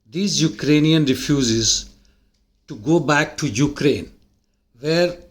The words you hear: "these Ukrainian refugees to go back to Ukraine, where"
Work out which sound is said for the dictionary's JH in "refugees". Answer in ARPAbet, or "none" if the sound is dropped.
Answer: Z